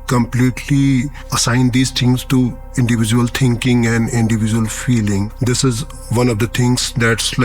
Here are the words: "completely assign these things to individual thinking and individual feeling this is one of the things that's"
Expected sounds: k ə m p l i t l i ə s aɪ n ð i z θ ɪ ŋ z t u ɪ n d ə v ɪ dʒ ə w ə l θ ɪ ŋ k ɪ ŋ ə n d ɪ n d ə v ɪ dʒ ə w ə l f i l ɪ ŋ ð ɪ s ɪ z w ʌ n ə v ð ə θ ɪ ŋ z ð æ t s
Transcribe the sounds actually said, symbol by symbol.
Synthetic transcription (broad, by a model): k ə m p l i t l i ə s aɪ n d i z t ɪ ŋ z t u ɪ n d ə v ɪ dʒ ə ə l t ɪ ŋ k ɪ ŋ ə n d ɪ n d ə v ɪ dʒ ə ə l f i l ɪ ŋ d ɪ s ɪ z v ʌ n ə v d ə t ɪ ŋ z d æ t s